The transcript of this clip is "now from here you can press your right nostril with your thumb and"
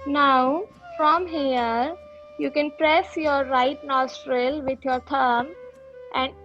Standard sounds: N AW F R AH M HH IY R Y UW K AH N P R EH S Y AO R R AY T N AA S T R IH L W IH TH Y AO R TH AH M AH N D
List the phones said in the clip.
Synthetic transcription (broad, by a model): N AW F R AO M HH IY R Y UW K AH N P R EH S Y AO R R AY T N AA S T R IH L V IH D Y AO R T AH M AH N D